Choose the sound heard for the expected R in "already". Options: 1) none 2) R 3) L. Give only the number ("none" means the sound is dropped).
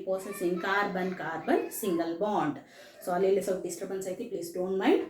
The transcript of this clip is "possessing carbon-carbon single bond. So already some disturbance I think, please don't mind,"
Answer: 1